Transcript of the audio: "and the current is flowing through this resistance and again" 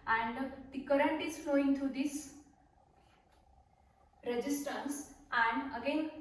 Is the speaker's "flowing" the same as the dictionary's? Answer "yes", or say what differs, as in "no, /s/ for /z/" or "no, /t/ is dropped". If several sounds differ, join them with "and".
yes